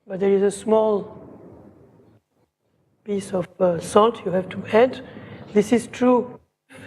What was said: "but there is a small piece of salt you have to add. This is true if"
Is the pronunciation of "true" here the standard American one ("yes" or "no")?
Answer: yes